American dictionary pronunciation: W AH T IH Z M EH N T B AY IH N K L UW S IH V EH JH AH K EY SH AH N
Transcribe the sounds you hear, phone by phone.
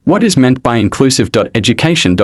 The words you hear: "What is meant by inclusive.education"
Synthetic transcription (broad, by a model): W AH T IH Z M EH N B AY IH N K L UW S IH V EH JH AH K EY SH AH N